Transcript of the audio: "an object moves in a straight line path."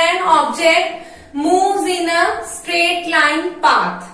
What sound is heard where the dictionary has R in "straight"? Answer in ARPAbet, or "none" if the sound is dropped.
R